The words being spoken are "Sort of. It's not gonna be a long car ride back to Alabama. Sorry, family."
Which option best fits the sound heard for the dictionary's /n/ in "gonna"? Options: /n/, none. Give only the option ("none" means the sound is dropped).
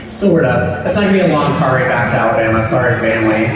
none